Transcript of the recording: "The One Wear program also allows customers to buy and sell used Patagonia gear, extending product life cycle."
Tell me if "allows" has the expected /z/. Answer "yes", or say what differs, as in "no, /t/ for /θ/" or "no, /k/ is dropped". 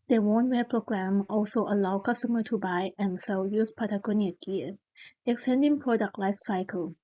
no, /z/ is dropped